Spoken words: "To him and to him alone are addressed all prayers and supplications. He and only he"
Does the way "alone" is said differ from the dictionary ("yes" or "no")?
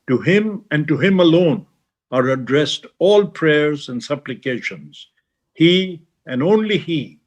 no